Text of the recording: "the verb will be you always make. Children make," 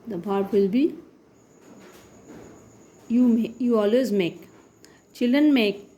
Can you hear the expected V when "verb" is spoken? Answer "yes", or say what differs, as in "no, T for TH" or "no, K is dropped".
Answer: no, B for V